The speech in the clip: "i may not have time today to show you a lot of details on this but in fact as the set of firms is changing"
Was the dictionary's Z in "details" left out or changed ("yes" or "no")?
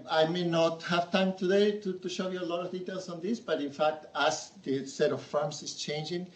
yes